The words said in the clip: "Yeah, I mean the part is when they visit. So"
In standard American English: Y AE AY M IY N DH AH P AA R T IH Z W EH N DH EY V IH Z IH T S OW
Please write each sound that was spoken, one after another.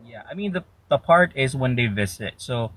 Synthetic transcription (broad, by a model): Y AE AY M IY N DH AH P AA R T IH Z W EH N DH EY V IH Z IH T S OW